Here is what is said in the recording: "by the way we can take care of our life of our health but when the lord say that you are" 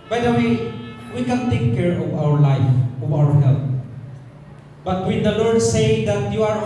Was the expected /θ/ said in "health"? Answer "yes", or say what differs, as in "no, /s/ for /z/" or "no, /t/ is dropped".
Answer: no, /t/ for /θ/